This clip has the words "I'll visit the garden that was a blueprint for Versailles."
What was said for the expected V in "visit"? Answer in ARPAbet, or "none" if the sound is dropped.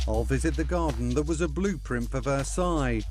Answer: V